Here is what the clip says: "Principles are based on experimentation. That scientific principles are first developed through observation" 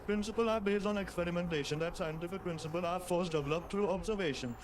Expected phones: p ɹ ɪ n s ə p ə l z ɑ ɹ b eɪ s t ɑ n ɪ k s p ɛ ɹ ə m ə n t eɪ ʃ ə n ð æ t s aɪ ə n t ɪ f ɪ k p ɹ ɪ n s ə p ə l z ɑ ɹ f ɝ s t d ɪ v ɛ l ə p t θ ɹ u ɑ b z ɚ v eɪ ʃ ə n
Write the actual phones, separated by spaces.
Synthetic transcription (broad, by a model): p ɹ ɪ n s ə p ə l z ɑ ɹ b eɪ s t ɑ n ɪ k s p ɛ ɹ ə m ə n t eɪ ʃ ə n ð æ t s aɪ ə n t ɪ f ɪ k p ɹ ɪ n s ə p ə l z ɑ ɹ f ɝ s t d ɪ v ɛ l ə p t t ɹ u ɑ b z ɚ v eɪ ʃ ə n